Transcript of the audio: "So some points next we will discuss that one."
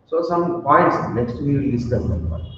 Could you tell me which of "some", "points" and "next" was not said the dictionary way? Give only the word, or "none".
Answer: next